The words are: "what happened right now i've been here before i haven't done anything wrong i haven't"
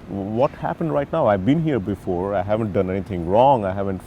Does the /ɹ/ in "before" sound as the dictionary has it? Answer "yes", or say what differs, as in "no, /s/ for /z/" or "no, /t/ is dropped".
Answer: yes